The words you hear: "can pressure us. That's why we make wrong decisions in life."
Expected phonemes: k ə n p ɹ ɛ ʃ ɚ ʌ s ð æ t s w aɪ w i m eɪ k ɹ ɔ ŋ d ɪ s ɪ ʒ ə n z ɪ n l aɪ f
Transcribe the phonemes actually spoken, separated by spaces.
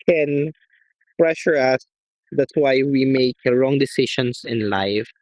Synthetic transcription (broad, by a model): k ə n p ɹ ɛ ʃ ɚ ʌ s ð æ t s w aɪ w i m eɪ k ɹ ɔ ŋ d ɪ s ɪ ʃ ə n s ɪ n l aɪ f